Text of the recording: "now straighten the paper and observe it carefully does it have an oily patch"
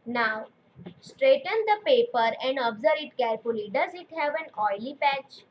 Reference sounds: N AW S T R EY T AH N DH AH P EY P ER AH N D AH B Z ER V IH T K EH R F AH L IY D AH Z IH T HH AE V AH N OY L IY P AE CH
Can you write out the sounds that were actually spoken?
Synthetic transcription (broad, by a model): N AW S T R EY T AH N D AH P EY P ER AH N D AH B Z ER IH T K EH R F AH L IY D AH Z IH T HH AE V AH N OY L IY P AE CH